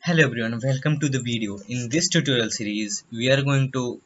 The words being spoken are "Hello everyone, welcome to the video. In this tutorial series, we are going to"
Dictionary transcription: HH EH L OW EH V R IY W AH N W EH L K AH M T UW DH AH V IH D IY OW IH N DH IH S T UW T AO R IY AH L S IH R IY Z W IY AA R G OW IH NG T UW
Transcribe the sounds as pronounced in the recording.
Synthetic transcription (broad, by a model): HH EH L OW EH B R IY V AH N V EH L K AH M T UW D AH V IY D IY OW IH N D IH S T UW T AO R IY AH L S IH R IY Z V IY AA R G OW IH NG T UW